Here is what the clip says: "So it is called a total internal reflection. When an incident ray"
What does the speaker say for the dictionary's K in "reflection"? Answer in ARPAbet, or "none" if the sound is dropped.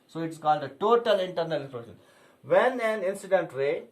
none